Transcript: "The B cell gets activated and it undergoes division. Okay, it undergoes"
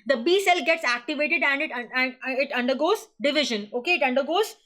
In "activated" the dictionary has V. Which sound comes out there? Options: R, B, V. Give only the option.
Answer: V